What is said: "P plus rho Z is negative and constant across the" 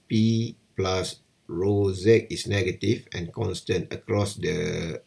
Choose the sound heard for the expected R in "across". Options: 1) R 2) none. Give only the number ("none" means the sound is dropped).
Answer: 1